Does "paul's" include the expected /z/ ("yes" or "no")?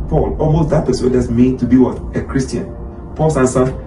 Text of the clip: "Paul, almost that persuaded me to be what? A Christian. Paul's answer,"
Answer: no